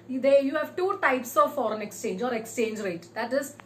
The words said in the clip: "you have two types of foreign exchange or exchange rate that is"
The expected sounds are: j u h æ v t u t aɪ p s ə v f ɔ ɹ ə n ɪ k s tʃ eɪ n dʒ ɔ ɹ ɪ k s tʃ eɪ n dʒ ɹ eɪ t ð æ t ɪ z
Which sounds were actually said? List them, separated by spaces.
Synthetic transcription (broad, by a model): j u h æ v t u t aɪ p s ə v f ɔ ɹ ə n ɪ k s tʃ eɪ n dʒ ɔ ɹ ɪ k s tʃ eɪ n dʒ ɹ eɪ t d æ t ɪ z